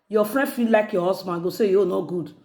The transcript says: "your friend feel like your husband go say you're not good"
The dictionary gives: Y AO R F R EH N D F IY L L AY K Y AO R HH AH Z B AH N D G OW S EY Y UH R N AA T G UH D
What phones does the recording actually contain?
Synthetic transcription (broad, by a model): Y AO F R EH N D F IY L L AY K Y AO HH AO S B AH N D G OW S EY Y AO N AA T G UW D